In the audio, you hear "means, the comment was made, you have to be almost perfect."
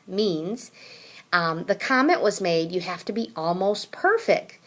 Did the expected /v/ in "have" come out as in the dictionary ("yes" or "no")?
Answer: no